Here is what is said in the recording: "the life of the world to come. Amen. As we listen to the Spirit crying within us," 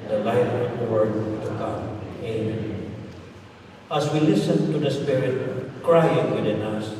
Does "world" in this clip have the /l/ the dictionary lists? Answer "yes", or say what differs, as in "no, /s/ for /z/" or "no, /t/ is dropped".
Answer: no, /l/ is dropped